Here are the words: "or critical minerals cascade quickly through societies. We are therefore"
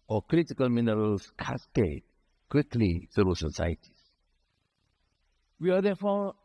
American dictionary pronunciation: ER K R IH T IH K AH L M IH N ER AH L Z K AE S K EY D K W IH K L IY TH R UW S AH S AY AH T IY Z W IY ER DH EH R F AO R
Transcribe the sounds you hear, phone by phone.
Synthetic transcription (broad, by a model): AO K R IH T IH K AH L M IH N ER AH L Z K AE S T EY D K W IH K L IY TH UW S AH S AY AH T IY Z W IY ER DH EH F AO